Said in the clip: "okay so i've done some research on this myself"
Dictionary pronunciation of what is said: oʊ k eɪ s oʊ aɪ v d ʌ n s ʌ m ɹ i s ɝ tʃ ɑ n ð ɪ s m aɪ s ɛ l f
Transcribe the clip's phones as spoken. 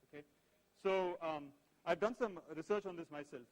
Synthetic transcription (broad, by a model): oʊ k eɪ s oʊ aɪ v d ʌ n s ʌ m ɹ i s ɝ tʃ ɑ n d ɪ s m aɪ s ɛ l f